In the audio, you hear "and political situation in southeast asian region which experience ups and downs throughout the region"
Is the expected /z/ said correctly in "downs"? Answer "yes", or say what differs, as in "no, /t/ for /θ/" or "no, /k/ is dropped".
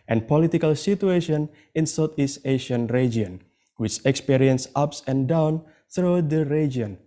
no, /z/ is dropped